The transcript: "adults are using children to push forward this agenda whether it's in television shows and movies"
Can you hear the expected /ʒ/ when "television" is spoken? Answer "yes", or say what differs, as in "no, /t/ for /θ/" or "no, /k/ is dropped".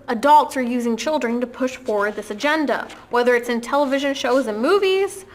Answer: yes